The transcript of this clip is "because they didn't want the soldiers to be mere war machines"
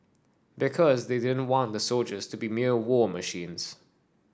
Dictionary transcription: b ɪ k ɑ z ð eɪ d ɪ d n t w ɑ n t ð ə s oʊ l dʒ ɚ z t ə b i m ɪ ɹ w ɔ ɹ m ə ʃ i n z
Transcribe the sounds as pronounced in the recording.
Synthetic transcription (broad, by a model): b ɪ k ɑ z ð eɪ d ɪ d n t w ɑ n ð ə s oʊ l dʒ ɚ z t ə b i m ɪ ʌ w ɔ m ə ʃ i n z